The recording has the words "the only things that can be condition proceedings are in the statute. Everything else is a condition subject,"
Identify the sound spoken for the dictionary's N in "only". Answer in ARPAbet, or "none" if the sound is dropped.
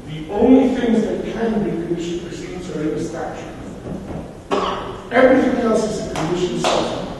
N